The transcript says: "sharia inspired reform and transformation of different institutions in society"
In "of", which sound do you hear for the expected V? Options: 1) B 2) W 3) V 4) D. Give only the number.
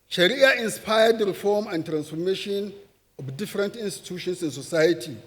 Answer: 1